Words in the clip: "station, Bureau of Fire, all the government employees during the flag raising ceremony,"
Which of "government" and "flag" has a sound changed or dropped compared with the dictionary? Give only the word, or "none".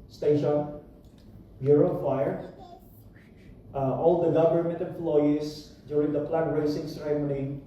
flag